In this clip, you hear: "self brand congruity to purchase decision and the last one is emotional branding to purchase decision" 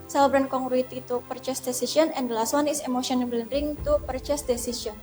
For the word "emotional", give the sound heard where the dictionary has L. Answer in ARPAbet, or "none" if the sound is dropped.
N